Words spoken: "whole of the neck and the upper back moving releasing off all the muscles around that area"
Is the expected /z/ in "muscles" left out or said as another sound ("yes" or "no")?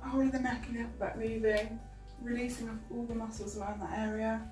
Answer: no